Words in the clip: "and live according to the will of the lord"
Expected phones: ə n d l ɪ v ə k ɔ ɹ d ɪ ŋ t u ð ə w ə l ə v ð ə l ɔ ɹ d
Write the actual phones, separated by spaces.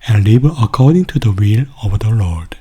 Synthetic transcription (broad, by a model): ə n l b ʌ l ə k ɔ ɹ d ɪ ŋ t u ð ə w ə l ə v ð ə l ɔ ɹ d